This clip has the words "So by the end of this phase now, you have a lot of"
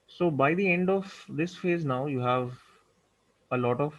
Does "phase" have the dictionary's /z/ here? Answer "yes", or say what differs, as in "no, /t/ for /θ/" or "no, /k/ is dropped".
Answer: yes